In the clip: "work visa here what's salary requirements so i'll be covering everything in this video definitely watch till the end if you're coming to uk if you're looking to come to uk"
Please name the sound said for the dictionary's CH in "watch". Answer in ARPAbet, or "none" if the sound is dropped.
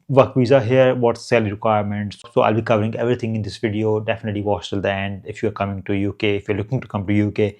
S